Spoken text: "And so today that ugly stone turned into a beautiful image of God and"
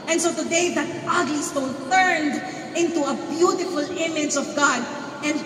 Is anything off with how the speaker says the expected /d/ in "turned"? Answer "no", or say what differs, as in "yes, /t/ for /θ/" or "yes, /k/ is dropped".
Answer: no